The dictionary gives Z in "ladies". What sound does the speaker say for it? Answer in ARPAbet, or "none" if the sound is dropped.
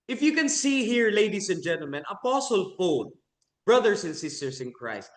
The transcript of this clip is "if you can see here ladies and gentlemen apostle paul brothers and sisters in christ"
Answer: S